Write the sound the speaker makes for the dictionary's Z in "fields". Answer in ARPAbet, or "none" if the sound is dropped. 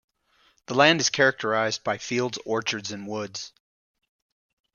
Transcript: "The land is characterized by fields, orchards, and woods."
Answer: Z